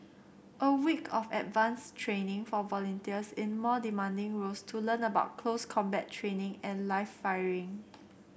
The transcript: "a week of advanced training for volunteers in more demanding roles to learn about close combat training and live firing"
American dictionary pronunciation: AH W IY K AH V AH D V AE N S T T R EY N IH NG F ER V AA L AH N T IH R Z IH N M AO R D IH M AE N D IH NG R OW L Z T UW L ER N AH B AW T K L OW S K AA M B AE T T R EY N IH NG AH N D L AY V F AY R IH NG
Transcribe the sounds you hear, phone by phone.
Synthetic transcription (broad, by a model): AH W IY K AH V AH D V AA N S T T R EY N IH NG F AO V AA L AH N T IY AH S IH N M AO D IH M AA N D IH NG R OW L S T UW L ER N AH B AW T K L OW S K AA M B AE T T R EY N IH NG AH N L AY F AY R IH NG